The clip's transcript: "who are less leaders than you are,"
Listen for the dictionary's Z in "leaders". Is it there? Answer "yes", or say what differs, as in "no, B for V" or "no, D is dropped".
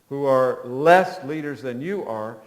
yes